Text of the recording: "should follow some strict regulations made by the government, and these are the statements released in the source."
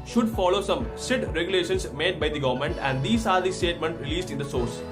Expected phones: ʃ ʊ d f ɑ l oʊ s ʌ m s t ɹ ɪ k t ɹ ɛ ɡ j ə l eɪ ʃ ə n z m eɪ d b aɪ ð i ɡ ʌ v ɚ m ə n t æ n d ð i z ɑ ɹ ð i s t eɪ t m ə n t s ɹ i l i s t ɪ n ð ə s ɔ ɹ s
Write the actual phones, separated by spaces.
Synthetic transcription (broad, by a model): ʃ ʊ d f ɑ l oʊ s ʌ m s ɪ t ɹ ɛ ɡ j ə l eɪ ʃ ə n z m eɪ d b aɪ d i ɡ ʌ v ɚ m ə n t æ n d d i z ɑ ɹ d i s t eɪ t m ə n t ɹ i l i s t ɪ n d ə s ɔ ɹ s